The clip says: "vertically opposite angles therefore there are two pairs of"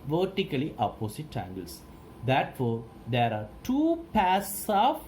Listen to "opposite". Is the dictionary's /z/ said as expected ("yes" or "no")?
no